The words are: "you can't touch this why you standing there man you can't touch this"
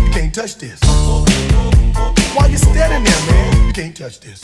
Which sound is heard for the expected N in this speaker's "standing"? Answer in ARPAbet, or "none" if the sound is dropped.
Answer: none